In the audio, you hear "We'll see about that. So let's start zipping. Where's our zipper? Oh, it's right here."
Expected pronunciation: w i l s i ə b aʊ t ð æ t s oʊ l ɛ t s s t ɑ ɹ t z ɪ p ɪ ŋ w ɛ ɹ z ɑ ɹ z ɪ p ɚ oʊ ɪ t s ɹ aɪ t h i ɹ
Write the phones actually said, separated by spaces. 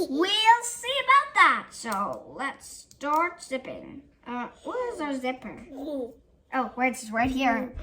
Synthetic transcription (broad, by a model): w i l s i ə b aʊ t ð æ t s oʊ l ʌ t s s t ɑ ɹ t s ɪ p ɪ ŋ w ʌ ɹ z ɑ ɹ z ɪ p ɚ oʊ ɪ s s ɹ aɪ t h i ɹ